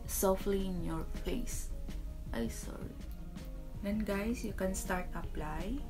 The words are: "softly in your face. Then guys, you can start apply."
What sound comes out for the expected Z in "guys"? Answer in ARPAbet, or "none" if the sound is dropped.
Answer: S